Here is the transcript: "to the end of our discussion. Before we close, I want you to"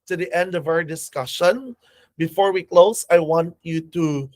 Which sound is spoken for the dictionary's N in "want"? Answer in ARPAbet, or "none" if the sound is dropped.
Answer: N